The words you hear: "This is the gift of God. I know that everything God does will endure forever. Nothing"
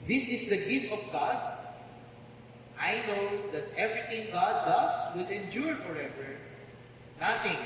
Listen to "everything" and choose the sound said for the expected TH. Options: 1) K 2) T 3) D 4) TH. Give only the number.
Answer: 2